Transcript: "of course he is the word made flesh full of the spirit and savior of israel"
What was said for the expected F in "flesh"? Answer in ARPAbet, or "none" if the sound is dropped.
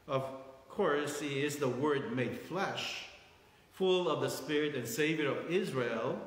F